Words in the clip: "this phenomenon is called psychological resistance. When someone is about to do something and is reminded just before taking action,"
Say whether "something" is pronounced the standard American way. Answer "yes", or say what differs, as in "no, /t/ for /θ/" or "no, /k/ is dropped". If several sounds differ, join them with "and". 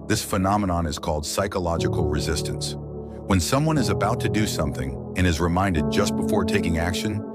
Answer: yes